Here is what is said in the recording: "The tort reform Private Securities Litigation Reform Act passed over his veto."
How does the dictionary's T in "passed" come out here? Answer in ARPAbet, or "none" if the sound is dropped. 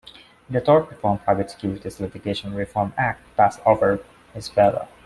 none